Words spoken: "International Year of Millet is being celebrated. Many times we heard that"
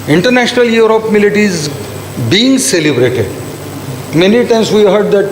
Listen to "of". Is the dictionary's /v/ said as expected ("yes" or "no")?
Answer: no